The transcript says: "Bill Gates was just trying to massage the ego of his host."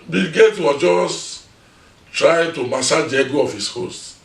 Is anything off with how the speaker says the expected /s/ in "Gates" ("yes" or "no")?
yes